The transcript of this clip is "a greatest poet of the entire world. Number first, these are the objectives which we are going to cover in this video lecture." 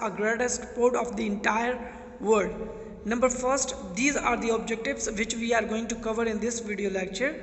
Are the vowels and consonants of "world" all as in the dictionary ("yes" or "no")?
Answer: no